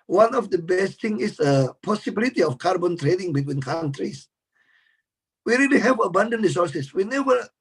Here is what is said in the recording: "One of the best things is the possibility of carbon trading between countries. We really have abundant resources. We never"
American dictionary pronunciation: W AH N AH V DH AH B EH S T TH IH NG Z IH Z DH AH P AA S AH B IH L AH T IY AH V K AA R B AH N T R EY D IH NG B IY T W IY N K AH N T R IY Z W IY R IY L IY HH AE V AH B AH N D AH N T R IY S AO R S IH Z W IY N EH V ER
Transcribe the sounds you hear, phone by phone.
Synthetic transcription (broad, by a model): W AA N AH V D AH B EH S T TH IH NG IH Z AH P AA S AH B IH L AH T IY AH F K AA R B AH N T R EY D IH NG B IY T W IY N K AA N T R IY S W IY R IY L IY HH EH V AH B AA N D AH N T R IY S AO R S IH S W IY N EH V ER